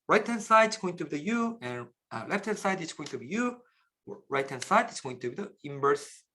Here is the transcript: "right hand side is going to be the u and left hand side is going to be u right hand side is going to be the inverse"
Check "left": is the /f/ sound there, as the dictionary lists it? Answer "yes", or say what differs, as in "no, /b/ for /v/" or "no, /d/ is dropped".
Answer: yes